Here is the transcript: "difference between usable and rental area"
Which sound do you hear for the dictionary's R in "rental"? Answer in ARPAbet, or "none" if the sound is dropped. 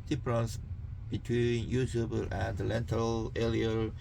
L